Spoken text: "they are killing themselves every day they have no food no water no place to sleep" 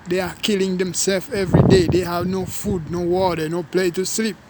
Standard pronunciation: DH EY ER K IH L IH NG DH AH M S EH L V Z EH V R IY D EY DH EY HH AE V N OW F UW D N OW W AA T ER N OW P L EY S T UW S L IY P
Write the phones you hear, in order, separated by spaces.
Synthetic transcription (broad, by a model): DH EY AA K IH L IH NG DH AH M S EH L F EH V R IY D EY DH EY HH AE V N OW F UW D N OW W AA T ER N OW P L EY T UW S L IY P